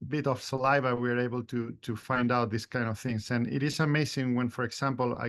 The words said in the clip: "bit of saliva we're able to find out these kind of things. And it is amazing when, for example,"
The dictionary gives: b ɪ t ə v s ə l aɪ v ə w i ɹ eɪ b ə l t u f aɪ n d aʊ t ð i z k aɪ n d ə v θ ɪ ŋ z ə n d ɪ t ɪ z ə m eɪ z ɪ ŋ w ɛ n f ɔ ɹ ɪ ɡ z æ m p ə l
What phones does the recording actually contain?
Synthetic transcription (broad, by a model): b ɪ t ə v s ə l aɪ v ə w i ɹ eɪ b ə l t u f aɪ n d aʊ t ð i s k aɪ n d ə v θ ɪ ŋ s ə n ɪ t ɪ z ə m eɪ s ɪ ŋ w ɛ n f ɔ ɹ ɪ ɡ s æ m p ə l